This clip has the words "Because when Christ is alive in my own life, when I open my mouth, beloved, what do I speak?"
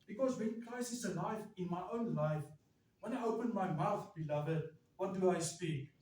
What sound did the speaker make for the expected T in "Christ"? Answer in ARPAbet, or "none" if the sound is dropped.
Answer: none